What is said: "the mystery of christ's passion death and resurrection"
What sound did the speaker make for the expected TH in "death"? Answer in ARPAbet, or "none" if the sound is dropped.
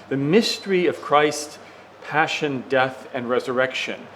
TH